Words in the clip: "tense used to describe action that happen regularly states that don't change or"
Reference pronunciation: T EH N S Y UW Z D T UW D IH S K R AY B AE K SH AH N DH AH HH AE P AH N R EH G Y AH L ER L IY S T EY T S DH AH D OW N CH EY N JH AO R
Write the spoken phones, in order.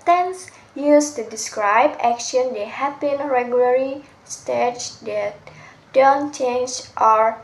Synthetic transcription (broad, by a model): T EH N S Y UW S T UW D IH S K R AY B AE K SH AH N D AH HH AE B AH N R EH G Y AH L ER IY S T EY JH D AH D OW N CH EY N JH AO R